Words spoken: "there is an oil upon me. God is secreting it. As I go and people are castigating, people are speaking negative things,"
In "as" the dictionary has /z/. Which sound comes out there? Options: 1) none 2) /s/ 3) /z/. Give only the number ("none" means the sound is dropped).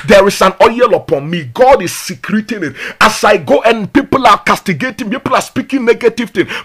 2